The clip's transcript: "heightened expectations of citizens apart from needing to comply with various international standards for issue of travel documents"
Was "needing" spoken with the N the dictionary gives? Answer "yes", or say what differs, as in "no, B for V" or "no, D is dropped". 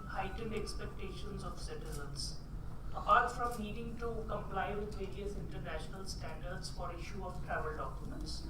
no, L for N